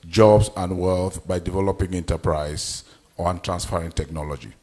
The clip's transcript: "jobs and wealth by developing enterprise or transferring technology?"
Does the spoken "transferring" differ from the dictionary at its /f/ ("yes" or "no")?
yes